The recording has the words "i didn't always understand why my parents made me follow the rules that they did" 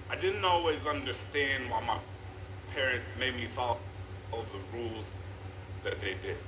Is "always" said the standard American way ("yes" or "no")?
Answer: yes